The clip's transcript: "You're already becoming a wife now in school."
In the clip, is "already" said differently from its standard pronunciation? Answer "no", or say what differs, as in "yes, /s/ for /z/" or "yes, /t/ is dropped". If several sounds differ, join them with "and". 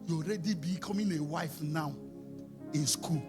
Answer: no